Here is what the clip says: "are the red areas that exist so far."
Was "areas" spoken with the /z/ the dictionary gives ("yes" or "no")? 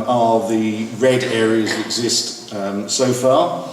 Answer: yes